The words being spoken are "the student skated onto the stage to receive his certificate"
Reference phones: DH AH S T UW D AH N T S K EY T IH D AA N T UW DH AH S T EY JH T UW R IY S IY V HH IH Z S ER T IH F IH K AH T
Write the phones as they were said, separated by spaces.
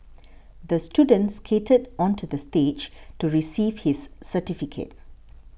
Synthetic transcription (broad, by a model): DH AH S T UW D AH N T S K EY T IH D AA N T UW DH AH S T EY JH T UW R IY S IY V HH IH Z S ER T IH F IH K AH T